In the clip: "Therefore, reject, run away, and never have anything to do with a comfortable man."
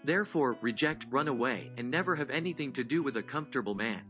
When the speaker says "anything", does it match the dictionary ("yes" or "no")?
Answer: yes